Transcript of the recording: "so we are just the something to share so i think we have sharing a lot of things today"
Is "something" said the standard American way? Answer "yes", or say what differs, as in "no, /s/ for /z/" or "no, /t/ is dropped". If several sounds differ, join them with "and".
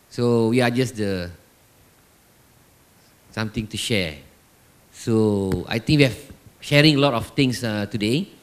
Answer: no, /t/ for /θ/